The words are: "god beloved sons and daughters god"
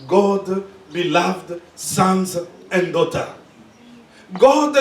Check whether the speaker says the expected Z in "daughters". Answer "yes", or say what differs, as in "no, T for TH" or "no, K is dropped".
no, Z is dropped